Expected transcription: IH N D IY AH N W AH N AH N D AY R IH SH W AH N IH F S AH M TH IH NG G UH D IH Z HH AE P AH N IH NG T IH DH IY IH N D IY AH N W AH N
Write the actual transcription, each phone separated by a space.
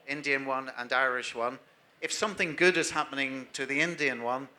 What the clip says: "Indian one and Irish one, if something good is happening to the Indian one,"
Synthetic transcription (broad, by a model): IH N D IY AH N W AH N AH N AY R IH SH W AH N IH F S AH M TH IH NG G UH D IH Z HH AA P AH N IH NG T IH DH IY IH N D IY AH N W AH N